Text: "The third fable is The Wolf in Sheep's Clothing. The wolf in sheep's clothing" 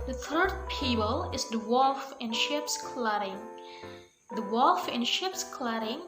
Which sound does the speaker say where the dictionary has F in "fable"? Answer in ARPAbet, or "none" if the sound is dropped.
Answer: P